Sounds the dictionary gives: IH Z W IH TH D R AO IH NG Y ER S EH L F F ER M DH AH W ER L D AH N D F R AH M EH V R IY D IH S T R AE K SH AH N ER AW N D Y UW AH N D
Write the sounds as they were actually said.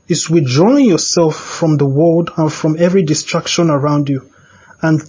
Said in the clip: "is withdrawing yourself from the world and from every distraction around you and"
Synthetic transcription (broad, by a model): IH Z W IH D R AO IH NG Y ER S EH L F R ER M DH AH W ER L D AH N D F R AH M EH V R IY D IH S T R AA K SH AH N ER AW N D Y UW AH N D